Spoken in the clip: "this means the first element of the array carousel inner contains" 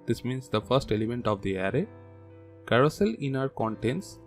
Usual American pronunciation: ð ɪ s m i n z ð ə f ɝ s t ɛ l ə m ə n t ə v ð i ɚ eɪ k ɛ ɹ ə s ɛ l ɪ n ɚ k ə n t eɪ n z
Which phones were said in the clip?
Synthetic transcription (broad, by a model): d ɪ s m i n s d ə f ɝ s t ɛ l ə m ə n t ə v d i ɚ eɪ k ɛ ɹ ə s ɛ l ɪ n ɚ k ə n t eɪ n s